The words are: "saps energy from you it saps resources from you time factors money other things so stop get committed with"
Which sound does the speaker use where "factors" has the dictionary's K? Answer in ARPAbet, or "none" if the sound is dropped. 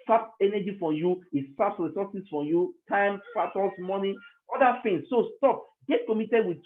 none